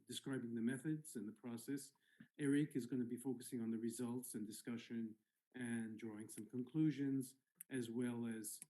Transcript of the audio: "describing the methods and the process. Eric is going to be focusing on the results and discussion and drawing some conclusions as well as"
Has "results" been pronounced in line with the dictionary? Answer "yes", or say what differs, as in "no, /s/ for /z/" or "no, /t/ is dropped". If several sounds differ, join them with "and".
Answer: yes